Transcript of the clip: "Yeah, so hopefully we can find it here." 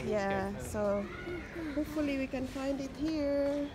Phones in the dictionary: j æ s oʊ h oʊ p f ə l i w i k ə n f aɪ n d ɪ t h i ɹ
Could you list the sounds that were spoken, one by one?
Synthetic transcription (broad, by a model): j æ s oʊ h oʊ p f ə l i w i k ə n f aɪ n d ɪ t h i ɹ